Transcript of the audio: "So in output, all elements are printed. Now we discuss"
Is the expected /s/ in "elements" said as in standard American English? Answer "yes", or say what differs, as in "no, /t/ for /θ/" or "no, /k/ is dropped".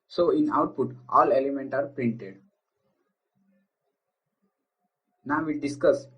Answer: no, /s/ is dropped